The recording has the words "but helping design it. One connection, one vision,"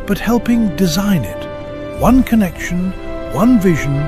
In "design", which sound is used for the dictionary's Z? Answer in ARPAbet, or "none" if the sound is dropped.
Z